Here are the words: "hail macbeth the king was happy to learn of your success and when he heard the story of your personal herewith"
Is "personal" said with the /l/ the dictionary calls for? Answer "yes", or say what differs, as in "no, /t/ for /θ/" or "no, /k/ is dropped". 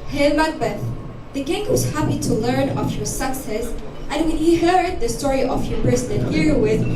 no, /n/ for /l/